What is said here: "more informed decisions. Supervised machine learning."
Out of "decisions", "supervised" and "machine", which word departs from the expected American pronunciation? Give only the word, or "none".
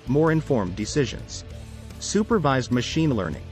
none